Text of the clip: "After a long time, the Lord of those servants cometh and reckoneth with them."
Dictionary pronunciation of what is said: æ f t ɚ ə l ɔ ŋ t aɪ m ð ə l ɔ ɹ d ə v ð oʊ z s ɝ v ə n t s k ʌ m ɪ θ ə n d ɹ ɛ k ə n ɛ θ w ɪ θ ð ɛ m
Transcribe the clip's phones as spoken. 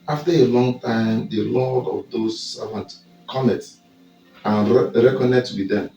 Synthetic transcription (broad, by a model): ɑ f t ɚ ə l ɔ ŋ t aɪ m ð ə l ɔ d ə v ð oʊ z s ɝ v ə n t k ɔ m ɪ s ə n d ɹ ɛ k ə n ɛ t w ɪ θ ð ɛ m